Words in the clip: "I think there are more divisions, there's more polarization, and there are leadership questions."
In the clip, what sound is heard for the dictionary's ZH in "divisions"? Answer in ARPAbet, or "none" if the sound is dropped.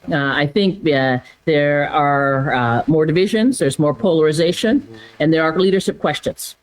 ZH